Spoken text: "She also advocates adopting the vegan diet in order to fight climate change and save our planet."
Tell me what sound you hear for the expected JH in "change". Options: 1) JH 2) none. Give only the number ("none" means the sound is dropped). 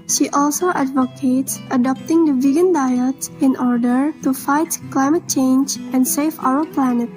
1